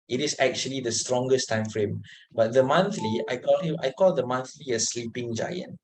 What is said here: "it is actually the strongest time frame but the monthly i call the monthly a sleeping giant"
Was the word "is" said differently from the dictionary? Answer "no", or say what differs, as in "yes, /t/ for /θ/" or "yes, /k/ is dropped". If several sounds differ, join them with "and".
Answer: yes, /s/ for /z/